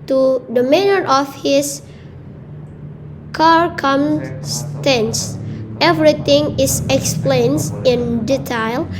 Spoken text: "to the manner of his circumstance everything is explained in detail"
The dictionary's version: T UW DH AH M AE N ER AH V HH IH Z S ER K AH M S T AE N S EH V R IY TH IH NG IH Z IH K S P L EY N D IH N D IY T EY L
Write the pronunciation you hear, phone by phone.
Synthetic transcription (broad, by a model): T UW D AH M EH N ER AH F HH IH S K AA K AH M S T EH N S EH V R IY T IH NG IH S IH K S P L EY N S IH N D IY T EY L